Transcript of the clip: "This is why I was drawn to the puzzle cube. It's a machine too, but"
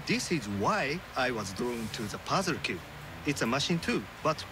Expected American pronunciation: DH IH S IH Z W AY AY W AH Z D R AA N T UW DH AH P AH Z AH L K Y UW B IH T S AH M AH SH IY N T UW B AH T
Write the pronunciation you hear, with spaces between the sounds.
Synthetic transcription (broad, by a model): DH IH S IH Z W AY AY W AH Z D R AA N T UW DH AH P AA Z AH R K Y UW IH T S AH M AH SH IY N T UW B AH T